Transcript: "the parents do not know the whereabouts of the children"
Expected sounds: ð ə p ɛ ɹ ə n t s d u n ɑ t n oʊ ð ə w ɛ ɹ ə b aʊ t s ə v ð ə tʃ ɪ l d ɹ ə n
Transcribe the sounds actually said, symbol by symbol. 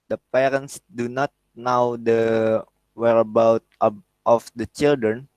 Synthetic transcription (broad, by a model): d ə p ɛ ɹ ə n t s d u n ɑ t n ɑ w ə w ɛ ɹ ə b aʊ t ə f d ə tʃ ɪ l d ɹ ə n